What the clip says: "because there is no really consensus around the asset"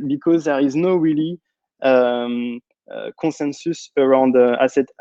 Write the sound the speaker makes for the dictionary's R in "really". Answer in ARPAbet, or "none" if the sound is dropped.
W